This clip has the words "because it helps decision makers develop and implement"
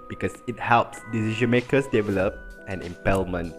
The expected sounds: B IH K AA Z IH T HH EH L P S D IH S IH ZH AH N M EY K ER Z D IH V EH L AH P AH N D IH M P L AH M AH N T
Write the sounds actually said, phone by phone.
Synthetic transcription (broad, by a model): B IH K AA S IH T HH EH L P S D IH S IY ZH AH N M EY K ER S D IH V EH L AH P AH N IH M P L M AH N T